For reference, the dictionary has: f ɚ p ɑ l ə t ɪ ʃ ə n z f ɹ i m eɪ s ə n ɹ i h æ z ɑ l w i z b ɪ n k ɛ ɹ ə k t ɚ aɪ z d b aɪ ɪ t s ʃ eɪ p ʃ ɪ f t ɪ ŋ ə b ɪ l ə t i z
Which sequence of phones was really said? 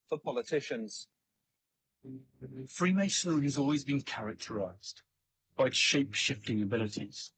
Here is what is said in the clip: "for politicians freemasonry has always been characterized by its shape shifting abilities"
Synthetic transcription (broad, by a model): f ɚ p ɑ l ə t ɪ ʃ ə n z f ɹ i m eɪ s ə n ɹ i z ɑ l w i z b ɪ n k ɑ ɹ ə k t ɚ aɪ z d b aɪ ɪ ʃ eɪ p ʃ ɪ f t ɪ ŋ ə b ɪ l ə t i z